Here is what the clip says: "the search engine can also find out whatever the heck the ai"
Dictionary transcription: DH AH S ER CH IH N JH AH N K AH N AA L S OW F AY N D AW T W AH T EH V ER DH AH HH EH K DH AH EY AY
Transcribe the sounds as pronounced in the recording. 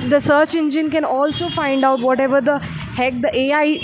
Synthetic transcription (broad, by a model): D AH S ER CH IH N JH AH N K AH N AA L S OW F AY N D AW T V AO T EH V ER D AH HH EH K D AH EY AY